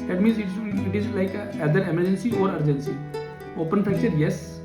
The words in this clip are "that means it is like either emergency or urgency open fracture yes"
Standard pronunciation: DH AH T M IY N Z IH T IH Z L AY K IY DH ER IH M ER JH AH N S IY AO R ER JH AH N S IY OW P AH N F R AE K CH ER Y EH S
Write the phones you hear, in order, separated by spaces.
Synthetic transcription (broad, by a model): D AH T M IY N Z IH T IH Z L AY K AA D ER IH M ER JH AH N S IY AO R ER JH AH N S IY OW P AH N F AE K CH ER Y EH S